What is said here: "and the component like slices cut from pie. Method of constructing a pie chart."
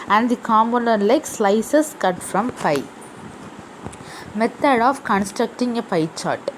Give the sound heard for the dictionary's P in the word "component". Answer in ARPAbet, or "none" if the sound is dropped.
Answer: none